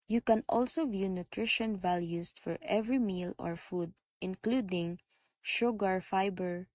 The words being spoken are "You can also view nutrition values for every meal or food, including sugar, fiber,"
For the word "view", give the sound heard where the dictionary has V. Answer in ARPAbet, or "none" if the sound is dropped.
V